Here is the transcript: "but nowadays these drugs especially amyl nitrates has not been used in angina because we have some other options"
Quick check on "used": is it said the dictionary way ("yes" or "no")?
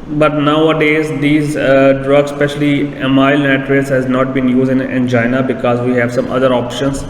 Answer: no